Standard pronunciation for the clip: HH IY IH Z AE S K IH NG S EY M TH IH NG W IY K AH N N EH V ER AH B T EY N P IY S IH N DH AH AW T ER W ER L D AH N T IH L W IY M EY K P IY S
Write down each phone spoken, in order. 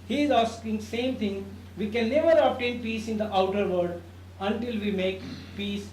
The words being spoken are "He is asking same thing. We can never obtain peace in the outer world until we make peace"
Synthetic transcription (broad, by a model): HH IY IH Z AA S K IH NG S EY M T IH NG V IY K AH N N EH V ER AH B T EY N P IY S IH N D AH AW T ER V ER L D AH N T IH L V IY M EY K P IY S